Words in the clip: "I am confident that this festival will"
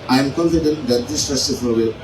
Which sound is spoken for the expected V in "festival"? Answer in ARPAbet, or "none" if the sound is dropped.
F